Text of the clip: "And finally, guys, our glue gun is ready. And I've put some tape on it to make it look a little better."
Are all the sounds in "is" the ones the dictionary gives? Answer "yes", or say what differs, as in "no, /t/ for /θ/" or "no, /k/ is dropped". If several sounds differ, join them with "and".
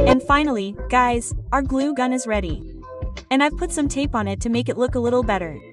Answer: yes